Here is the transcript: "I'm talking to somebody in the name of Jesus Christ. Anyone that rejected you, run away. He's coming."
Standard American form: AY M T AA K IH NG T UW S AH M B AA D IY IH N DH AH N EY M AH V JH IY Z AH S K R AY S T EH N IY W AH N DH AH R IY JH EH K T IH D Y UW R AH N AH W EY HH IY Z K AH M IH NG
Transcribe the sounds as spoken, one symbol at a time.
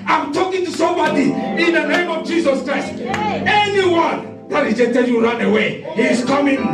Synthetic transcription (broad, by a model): AY M T AA K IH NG T UW S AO M B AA D IY IH N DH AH N EY M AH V JH IY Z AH S K R AY S T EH N IY W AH N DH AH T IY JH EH T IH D Y UW R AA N AH W EY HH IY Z K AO M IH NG